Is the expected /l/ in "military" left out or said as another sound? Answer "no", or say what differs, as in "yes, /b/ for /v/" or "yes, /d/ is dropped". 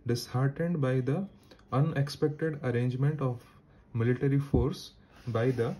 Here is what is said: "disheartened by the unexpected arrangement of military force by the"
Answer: no